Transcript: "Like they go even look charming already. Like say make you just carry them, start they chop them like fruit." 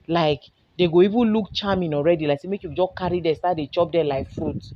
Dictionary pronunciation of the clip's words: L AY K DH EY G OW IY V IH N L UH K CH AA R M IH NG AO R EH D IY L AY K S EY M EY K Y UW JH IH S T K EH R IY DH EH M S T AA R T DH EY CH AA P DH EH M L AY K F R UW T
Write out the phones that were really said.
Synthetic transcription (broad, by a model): L AY K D EY G OW IY V IH N L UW K CH AA M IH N AO R EH D IY L AY K S EY M EY K Y UW JH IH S K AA R IY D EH S T AA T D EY CH AA P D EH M L AY K F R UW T